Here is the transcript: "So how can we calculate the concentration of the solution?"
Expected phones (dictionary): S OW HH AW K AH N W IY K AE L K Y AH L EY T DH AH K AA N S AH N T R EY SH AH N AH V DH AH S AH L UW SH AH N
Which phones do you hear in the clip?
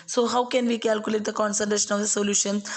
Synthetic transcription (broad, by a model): S OW HH AW K AH N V IY K AE L K Y AH L EY T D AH K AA N S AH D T EY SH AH N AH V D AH S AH L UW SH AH N